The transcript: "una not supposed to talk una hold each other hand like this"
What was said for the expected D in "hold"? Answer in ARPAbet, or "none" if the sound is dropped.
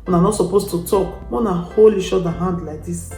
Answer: none